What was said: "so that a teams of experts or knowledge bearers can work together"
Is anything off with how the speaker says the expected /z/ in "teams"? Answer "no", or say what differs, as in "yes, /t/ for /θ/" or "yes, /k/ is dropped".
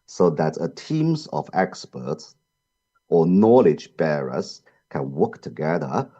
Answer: no